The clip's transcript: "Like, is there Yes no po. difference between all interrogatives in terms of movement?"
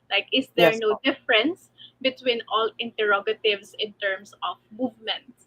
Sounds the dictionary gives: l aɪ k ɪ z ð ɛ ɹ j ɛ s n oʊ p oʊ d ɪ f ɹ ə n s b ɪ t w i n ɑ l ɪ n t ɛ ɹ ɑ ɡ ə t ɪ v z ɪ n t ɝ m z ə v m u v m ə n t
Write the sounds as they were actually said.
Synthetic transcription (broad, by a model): l aɪ k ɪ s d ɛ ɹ n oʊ oʊ d ɪ f ɹ ə n s b ɪ t w i n ɑ l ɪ n t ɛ ɹ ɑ ɡ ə t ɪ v s ɪ n t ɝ m s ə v m u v m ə n t